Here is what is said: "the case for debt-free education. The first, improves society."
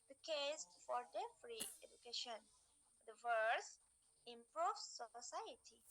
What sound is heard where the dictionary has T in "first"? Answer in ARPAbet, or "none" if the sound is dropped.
none